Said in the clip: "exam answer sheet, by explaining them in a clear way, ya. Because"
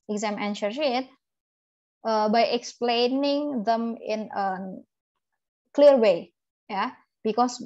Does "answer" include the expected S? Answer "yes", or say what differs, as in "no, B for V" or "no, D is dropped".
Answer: no, SH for S